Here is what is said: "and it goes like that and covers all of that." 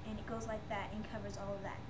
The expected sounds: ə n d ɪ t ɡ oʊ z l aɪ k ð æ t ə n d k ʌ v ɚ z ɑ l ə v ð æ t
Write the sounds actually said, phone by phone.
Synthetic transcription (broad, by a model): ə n ɪ t ɡ oʊ z l aɪ k ð æ t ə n k ʌ v ɚ z ɑ l ə v ð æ t